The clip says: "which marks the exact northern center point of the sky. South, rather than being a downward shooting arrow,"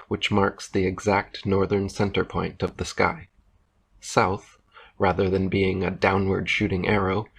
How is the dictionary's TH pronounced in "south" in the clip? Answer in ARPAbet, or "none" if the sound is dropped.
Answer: TH